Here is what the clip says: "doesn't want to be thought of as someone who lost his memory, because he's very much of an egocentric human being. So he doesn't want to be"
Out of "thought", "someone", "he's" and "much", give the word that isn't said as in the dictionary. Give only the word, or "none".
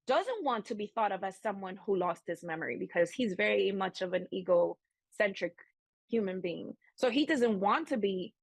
none